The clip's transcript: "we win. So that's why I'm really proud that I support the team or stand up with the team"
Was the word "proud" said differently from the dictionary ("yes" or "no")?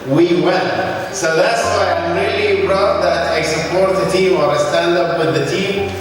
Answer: yes